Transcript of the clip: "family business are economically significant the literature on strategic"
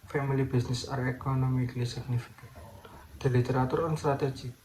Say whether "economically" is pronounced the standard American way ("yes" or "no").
yes